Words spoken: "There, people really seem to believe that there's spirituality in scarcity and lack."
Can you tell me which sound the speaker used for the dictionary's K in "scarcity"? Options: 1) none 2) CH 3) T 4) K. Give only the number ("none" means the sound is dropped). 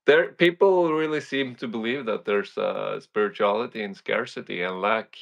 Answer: 4